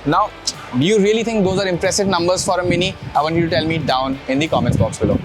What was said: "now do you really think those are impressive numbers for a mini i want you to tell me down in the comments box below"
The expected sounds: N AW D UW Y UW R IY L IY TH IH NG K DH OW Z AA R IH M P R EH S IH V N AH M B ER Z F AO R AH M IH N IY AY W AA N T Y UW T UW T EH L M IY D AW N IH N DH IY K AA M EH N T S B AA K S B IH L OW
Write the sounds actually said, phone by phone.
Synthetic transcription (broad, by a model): N AW D UW Y UW R IY L IY T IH NG K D OW Z AA R IH M P R EH S IH V N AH M B ER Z F AO R AH M IH N IY AY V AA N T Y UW T UW T EH L M IY D AW N IH N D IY K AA M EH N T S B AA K S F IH L OW